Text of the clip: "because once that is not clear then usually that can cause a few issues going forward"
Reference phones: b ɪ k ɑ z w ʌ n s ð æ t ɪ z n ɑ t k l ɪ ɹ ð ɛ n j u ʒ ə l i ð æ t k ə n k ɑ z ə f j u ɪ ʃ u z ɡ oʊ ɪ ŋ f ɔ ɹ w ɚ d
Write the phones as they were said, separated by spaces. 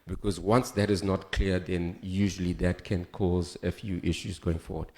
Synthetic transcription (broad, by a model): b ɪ k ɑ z w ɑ n s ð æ t ɪ z n ɑ t k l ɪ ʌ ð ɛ n j u ʒ ə l i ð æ t k ə n k ɑ z ə f j u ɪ ʃ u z ɡ oʊ ɪ ŋ f ɔ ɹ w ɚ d